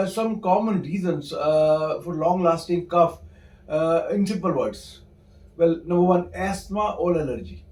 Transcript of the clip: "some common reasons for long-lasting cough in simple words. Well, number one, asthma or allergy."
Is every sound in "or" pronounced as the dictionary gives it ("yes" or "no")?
no